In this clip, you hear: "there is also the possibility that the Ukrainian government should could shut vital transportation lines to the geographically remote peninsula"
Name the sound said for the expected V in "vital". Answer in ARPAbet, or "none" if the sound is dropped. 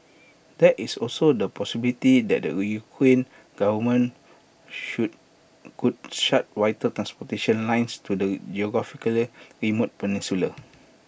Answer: W